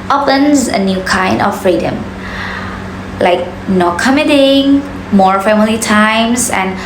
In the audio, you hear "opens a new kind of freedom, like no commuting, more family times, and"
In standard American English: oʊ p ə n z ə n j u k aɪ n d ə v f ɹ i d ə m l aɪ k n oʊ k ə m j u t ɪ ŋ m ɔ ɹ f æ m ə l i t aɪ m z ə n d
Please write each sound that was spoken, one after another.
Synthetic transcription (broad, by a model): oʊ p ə n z ə n j u k aɪ n d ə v f ɹ i d ə m l aɪ k n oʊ k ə m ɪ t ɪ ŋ m ɔ ɹ f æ m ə l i t aɪ m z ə n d